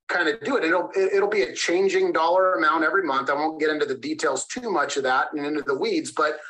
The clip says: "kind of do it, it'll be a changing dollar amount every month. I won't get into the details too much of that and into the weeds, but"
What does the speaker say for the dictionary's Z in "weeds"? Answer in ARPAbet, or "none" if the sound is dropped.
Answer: Z